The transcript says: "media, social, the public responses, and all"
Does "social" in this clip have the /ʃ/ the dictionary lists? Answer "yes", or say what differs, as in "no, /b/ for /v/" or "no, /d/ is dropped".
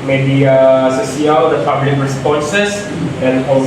no, /s/ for /ʃ/